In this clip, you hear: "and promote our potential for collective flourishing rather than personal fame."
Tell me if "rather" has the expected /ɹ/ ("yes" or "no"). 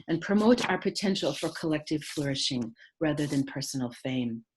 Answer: yes